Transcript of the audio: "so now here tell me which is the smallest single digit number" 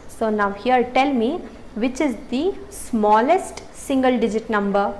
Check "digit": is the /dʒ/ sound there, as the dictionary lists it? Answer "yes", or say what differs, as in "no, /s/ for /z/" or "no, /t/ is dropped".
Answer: yes